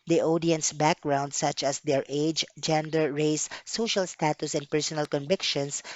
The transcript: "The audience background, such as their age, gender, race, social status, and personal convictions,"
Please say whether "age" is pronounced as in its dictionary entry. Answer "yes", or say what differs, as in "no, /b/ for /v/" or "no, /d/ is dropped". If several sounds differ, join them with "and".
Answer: yes